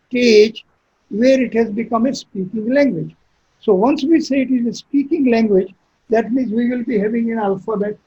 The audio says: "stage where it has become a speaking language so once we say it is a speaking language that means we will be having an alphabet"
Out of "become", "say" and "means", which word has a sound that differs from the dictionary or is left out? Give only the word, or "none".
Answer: none